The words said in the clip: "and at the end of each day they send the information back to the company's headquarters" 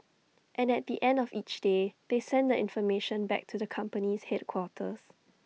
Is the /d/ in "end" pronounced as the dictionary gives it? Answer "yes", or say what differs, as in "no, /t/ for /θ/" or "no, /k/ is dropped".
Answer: yes